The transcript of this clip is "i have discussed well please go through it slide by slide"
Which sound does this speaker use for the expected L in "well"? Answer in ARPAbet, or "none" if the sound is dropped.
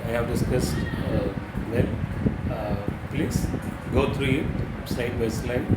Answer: N